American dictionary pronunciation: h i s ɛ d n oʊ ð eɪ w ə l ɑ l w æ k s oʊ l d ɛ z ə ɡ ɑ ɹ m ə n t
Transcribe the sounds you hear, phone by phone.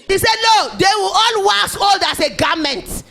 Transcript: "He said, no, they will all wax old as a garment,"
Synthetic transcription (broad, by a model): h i s ɛ d l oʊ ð eɪ w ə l ɑ l w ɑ s oʊ l d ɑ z ə ɡ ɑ m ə n t